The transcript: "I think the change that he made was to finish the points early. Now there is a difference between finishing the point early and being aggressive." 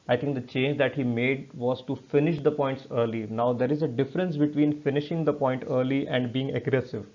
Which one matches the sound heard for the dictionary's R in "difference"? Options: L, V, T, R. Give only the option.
R